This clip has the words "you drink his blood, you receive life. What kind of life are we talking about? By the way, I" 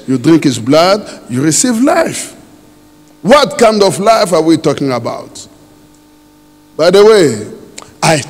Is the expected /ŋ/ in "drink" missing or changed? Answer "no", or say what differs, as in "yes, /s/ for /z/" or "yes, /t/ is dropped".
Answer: no